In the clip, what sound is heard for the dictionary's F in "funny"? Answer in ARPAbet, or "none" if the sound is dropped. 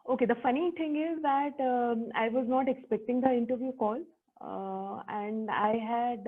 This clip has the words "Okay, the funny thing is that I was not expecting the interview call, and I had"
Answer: F